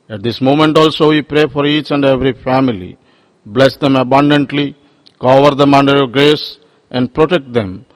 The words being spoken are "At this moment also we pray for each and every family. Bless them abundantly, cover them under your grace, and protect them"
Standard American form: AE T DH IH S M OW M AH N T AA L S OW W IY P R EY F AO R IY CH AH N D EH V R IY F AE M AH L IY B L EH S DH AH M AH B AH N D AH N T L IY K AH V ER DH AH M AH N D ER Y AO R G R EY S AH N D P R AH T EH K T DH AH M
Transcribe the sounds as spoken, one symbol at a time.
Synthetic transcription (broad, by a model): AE T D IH S M OW M AH N T AA L S OW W IY P R EY F AO R IY CH AH N D EH V R IY F AE M AH L IY B L EH S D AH M AH B AH N D AH N T L IY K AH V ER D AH M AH N D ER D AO L G R EY S AH N D P R AH T EH K T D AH M